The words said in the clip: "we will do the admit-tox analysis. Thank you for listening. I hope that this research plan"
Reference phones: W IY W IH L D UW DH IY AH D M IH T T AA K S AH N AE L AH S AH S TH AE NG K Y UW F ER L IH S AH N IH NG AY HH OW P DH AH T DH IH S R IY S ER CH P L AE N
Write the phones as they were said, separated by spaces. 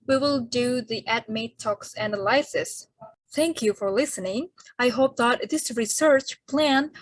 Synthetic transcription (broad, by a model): W IY W IH L D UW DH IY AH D M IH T T AA K S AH N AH L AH S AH S TH AE NG K Y UW F ER L IH S AH N IH NG AY HH OW P DH AH T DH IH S R IY S ER CH P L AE N